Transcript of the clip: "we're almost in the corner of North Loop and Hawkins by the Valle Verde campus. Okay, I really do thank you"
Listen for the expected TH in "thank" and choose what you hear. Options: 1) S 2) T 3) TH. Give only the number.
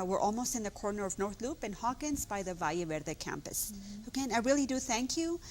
3